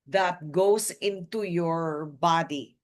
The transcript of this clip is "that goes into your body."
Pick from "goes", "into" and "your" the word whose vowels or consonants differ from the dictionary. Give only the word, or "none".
goes